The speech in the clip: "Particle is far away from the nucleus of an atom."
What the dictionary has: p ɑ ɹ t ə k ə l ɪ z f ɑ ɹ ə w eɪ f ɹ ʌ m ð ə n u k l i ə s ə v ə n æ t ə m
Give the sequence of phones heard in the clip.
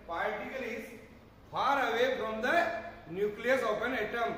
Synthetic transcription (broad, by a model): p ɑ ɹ t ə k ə l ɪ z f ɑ ɹ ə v eɪ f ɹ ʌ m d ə n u k l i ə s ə p ə n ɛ t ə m